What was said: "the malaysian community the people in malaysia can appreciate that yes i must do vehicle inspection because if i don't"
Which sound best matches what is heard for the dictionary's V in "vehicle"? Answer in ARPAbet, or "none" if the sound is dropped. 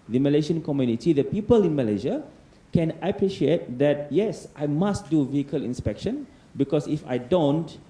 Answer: V